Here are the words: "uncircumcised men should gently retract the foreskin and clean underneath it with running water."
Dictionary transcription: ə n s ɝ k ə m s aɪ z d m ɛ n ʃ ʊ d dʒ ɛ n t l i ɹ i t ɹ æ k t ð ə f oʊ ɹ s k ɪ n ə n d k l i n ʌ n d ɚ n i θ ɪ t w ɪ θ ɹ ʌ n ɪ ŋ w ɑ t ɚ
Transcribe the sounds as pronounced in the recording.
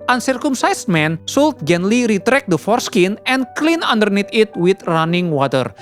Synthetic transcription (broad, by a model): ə n s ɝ k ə m s aɪ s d m ɛ n s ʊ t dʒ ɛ n l i ɹ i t ɹ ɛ k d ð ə f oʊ ɹ s k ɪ n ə n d k l i n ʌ n d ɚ n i t ɪ t w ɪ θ ɹ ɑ n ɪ ŋ w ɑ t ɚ